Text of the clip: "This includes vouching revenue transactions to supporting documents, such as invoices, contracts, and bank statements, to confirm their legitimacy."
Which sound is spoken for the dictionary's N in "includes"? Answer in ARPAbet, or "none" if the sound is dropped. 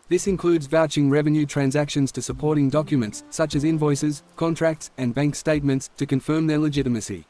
N